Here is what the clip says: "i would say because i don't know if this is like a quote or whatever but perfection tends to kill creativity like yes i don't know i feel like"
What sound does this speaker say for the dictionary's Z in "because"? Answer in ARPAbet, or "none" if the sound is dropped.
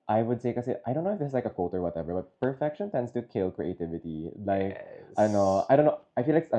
none